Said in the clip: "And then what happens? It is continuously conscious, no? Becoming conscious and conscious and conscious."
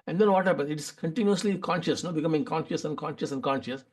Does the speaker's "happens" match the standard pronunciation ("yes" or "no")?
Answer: no